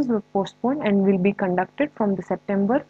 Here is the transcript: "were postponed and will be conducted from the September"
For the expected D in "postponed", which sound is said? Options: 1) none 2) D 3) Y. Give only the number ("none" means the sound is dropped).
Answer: 1